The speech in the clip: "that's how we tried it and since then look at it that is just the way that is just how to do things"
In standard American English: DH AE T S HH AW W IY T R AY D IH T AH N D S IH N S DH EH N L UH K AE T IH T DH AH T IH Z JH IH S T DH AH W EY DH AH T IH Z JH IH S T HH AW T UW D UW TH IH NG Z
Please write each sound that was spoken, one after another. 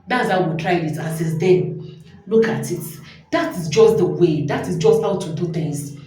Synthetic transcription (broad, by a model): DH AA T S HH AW W IY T R AY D IH T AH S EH S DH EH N L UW K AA T IH T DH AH T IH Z JH IH S T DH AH W EY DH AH T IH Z JH IH S T HH AW T UW D UW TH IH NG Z